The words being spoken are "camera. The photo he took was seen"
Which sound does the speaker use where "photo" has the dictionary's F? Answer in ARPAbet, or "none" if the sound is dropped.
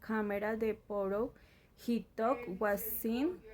P